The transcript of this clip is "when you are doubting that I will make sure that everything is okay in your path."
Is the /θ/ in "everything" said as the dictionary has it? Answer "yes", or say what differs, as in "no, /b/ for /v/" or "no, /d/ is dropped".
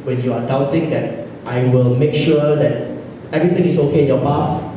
no, /t/ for /θ/